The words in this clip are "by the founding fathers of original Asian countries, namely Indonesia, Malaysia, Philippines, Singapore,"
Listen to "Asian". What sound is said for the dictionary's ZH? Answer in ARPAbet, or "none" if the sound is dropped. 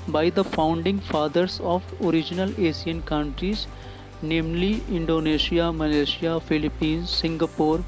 S